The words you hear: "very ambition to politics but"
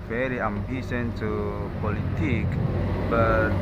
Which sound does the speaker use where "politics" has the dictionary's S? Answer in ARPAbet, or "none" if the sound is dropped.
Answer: none